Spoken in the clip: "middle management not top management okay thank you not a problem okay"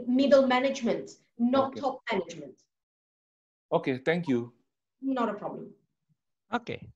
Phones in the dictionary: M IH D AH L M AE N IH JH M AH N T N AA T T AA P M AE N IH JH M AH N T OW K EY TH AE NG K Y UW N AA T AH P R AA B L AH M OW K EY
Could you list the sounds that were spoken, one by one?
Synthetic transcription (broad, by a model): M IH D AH L M AE N IH JH M AH N T N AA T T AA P M AE N IH JH M AH N T OW K EY T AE NG K Y UW N AA T AH P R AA B L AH M OW K EY